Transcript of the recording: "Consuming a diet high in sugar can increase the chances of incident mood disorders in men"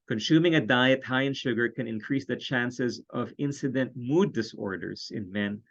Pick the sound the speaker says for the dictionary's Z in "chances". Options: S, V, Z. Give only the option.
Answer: Z